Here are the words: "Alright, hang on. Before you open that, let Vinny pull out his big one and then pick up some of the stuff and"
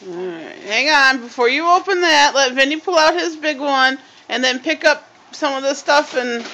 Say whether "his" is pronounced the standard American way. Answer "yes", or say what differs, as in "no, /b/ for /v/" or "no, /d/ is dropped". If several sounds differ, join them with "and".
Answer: yes